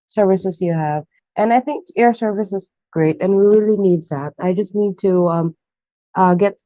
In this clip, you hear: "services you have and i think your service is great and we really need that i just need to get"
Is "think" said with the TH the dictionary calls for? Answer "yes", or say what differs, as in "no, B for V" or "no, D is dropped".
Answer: yes